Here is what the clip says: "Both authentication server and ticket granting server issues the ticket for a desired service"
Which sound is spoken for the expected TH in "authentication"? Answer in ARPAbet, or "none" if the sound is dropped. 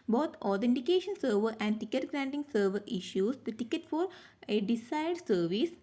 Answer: T